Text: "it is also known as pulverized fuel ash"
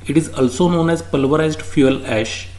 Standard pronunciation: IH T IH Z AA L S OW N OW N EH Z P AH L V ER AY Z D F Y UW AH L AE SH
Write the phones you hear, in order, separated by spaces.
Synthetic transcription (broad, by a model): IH T IH Z AA L S OW N OW N EH Z P AH L V ER AY Z D F Y UW AH L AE SH